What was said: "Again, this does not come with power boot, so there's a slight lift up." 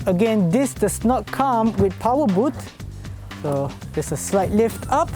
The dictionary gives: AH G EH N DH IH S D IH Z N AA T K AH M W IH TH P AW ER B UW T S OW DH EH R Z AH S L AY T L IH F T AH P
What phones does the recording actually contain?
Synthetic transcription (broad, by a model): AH G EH N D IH S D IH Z N AA T K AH M W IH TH P AW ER B UW T S OW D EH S AH S L AY T L IH F T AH P